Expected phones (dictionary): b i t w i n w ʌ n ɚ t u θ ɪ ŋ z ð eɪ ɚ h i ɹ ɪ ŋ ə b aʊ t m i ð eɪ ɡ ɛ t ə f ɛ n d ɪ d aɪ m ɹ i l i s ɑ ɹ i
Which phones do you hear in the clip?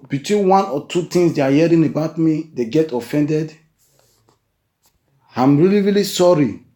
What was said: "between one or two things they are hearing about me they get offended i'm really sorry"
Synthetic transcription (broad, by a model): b i t w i n w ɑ n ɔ t u t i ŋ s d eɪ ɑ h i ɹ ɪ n ə b aʊ t m i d eɪ ɡ ɛ t ə f ɛ n d ɪ d aɪ m ɹ i l i s ɑ ɹ i